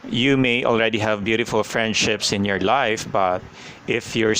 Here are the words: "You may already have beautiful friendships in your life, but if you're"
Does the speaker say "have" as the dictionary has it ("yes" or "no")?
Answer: yes